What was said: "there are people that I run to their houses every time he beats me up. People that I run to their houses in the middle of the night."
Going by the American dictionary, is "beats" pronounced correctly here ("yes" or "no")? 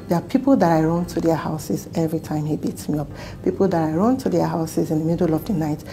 yes